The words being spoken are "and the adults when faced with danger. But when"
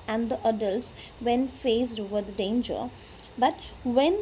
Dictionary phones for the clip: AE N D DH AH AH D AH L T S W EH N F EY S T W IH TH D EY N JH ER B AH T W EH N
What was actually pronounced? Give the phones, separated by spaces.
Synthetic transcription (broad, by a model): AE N D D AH AH D AH L T S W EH N F EY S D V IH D D EY N JH ER B AH T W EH N